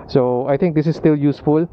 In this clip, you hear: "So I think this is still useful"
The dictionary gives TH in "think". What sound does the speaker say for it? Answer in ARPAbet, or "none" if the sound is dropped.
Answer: T